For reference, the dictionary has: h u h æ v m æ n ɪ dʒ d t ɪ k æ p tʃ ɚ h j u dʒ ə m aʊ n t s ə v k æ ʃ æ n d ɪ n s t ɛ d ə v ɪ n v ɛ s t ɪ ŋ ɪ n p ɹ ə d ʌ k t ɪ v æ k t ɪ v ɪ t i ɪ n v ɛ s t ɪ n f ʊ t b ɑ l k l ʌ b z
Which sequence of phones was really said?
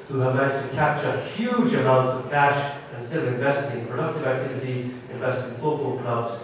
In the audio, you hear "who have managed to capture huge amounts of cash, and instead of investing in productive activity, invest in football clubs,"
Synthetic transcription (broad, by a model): h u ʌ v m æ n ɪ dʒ t ɪ k æ p tʃ ɚ h j u dʒ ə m aʊ n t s ə v k æ ʃ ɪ n s t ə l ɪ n v ɛ s t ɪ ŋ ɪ p ɹ ə d ʌ k t ɪ v æ k t ɪ v ɪ t i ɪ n v ɛ s t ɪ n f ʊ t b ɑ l k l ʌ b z